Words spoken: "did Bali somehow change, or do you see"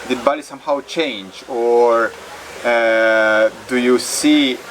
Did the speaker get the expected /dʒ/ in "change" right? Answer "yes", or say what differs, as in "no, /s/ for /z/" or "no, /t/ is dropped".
yes